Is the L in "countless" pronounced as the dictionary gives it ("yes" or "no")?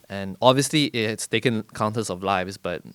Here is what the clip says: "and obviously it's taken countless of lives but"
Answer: no